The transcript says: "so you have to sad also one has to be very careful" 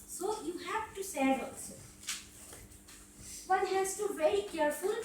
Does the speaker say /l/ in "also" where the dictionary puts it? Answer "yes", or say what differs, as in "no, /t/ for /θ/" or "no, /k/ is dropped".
no, /l/ is dropped